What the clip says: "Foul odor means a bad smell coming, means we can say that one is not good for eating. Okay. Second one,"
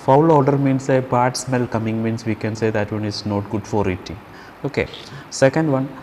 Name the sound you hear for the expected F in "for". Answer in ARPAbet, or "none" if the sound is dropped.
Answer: F